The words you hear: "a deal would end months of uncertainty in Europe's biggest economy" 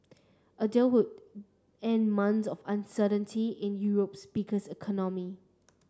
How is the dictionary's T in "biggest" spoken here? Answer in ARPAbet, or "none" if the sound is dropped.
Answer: none